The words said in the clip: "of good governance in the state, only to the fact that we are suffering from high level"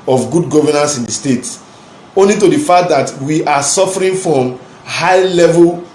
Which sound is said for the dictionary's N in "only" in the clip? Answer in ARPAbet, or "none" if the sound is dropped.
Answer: N